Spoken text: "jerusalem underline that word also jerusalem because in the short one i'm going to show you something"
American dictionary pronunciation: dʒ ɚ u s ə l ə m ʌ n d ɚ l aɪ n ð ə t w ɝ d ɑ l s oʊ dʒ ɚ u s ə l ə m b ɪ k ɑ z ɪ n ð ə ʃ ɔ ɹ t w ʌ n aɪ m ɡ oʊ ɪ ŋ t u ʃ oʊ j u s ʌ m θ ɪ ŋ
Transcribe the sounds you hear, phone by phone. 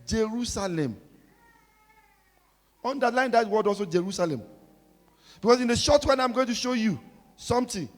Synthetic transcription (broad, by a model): dʒ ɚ u s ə l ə m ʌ n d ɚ l aɪ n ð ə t w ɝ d ɑ l s oʊ dʒ ɚ u s ə l ə m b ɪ k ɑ s ɪ n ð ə ʃ ɔ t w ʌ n aɪ m ɡ oʊ ɪ ŋ t u ʃ oʊ j u s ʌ m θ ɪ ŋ